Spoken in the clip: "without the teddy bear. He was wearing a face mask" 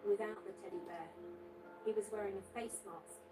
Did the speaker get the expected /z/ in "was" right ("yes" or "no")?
yes